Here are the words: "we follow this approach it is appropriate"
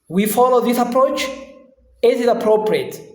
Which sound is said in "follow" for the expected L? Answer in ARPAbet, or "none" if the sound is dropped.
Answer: L